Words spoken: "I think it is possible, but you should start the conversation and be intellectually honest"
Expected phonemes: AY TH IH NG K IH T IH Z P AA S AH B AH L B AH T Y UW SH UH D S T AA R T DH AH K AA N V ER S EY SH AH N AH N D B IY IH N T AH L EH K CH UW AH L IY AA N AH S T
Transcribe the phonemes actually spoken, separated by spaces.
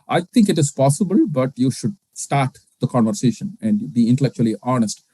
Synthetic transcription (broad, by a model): AY T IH NG K IH T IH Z P AA S AH B AH L B AH T Y UW SH UH D S T AA R T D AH K AA N V ER S EY SH AH N AH N D B IY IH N T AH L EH K CH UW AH L IY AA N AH S T